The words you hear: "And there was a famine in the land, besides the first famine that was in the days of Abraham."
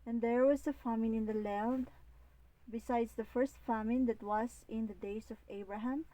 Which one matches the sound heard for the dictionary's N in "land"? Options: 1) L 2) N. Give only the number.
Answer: 1